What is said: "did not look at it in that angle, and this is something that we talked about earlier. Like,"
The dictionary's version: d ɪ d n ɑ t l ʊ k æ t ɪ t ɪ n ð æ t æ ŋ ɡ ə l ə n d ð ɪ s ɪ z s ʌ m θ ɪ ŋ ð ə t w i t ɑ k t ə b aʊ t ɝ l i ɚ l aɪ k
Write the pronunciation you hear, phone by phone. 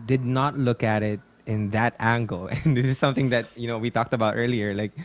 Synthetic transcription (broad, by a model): d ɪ d n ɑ t l ʊ k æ t ɪ t ɪ n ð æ t æ ŋ ɡ ə l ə n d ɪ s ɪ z s ʌ m θ ɪ ŋ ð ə t w i t ɑ k t ə b aʊ t ɝ l i ɚ l aɪ k